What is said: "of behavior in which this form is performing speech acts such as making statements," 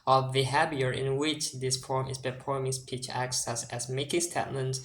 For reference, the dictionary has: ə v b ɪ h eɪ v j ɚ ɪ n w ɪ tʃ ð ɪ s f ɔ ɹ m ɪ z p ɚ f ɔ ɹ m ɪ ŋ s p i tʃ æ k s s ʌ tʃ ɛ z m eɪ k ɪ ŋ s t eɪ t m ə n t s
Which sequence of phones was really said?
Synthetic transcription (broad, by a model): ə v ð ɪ h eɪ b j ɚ ɪ n w ɪ tʃ ð ɪ s f ɔ ɹ m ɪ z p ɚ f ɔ ɹ m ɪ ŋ s p i tʃ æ k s s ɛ s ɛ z m eɪ k ɪ ŋ s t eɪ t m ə n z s